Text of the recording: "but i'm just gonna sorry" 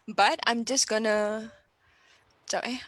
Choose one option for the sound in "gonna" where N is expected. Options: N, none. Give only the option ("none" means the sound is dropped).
N